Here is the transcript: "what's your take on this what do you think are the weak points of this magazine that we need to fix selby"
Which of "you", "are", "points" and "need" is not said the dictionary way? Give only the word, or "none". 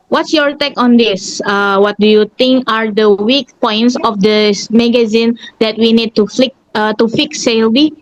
none